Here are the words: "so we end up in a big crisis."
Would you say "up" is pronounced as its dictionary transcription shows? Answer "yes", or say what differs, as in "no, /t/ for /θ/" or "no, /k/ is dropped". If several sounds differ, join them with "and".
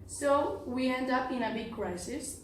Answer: yes